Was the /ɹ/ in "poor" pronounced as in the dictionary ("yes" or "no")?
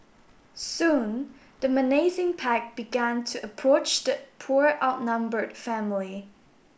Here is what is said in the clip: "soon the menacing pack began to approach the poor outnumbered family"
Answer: yes